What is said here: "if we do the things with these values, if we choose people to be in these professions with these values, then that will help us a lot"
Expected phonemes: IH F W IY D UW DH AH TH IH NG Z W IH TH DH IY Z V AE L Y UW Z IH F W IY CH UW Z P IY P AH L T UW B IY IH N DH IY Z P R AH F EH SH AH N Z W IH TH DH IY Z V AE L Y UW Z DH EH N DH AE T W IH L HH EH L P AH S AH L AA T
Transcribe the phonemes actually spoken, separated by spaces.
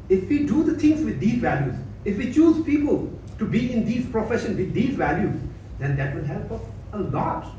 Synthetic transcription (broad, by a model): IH F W IY D UW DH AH T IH NG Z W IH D IY Z V AE L Y UW Z IH F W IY CH UW Z P IY P AH L T UW B IY IH N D IY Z P R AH F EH SH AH N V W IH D IY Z V AE L Y UW Z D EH N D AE T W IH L HH EH L P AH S AH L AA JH